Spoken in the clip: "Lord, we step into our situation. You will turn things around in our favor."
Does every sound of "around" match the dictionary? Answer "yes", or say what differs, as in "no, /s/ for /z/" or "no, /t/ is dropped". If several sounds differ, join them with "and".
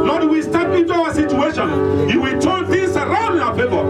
no, /n/ is dropped